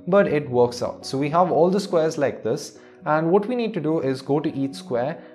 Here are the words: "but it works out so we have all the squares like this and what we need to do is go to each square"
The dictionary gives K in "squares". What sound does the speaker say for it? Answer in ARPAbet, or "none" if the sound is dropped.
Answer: K